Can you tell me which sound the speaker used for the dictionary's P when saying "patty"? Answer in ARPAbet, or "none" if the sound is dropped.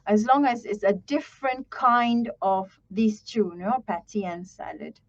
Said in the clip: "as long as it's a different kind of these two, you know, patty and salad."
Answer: P